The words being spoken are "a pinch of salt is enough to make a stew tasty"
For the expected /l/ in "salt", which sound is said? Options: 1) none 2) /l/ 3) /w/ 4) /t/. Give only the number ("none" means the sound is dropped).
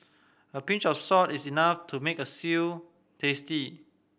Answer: 1